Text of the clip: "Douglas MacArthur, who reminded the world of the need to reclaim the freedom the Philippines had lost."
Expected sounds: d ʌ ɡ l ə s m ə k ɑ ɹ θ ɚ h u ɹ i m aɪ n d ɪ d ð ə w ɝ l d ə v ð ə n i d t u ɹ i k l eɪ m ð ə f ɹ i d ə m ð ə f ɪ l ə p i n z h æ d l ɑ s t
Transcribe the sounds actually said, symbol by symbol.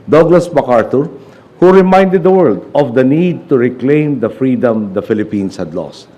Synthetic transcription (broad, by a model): d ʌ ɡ l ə s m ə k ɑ ɹ t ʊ h u ɹ i m aɪ n d ɪ d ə w ɝ l d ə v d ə n i d t u ɹ i k l eɪ m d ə f ɹ i d ə m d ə f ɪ l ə p i n s h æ d l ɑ s t